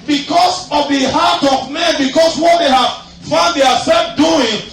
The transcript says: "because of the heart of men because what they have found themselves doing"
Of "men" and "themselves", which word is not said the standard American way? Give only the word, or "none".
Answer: themselves